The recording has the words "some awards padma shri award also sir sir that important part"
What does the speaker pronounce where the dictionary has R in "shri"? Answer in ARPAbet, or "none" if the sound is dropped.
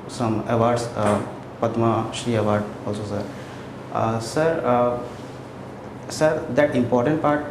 none